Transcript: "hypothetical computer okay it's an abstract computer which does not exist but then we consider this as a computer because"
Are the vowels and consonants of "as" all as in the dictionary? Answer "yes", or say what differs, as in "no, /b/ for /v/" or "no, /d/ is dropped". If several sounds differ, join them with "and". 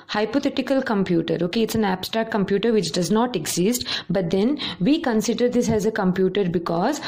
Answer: yes